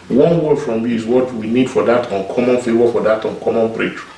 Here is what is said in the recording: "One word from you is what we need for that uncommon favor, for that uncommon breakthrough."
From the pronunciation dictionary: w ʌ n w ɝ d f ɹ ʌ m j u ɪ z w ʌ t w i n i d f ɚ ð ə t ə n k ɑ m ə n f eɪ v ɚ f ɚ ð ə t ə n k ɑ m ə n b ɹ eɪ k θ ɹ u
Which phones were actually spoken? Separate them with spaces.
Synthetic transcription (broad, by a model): w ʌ n w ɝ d f ɹ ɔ m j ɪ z w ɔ t w i n i d f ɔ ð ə t ə n k ɑ m ə n f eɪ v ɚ f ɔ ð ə t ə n k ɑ m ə n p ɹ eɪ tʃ